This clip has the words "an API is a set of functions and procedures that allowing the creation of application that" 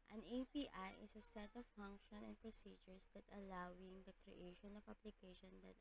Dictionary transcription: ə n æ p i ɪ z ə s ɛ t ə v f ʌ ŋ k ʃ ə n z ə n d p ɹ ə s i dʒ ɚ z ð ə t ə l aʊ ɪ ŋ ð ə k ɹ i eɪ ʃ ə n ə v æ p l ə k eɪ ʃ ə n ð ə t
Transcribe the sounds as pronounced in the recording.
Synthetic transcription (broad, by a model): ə n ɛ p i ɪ s ə s ɛ t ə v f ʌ ŋ k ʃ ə n ə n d p ɹ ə s i dʒ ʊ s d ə t ə l aʊ ɪ ŋ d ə k ɹ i eɪ ʃ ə n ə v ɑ p l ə k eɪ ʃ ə n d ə t